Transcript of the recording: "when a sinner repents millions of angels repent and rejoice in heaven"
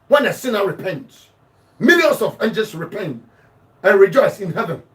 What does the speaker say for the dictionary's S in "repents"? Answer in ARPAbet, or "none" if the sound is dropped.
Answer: none